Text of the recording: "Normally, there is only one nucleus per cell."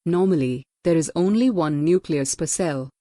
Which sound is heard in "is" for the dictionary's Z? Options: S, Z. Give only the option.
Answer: Z